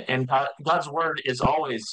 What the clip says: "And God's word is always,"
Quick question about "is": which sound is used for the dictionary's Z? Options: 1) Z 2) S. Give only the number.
1